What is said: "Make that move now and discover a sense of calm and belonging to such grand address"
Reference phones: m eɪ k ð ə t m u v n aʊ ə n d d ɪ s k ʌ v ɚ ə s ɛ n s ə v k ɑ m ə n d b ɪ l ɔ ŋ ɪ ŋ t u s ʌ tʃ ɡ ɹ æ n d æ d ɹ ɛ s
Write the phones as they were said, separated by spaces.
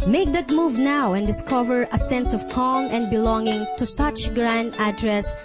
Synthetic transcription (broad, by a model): m eɪ k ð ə t m u v n aʊ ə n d d ɪ s k ʌ v ɚ ə s ɛ n s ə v k ɑ m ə n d b ɪ l ɔ ŋ ɪ ŋ t u s ʌ tʃ ɡ ɹ æ n d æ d ɹ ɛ s